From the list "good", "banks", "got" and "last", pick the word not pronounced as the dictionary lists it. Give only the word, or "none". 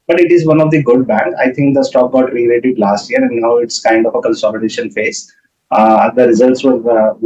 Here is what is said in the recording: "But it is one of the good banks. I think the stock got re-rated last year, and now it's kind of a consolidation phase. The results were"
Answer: banks